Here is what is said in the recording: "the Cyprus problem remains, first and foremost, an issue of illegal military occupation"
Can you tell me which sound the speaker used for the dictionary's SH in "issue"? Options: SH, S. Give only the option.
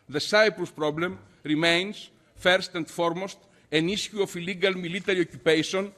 S